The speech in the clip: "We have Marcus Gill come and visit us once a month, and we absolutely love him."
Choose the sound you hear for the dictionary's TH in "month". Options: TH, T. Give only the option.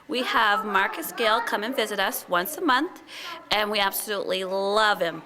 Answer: TH